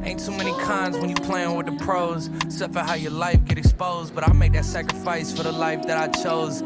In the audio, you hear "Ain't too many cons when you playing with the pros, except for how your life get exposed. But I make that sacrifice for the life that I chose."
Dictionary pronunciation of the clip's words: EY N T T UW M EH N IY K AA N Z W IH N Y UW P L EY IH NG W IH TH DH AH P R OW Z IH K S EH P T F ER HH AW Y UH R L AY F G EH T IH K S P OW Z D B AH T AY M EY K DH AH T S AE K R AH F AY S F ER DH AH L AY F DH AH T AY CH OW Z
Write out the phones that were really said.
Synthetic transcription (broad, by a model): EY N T S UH M EH N IY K AA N Z W IH N Y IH P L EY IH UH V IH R DH AH P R OW IH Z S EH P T F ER HH AW Y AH R L AY F G EH T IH K S P OW Z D B AH T AY M EY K DH AH T S AE K R AH F AY S F ER DH AH L AY F DH AH T AY CH OW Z